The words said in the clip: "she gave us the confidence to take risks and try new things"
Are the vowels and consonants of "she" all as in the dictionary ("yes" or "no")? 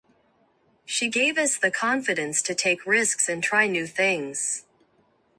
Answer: yes